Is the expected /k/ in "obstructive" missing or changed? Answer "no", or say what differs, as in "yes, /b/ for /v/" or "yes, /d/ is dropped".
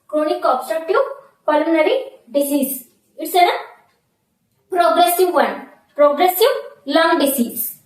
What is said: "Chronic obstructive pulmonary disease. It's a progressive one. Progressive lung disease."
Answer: yes, /k/ is dropped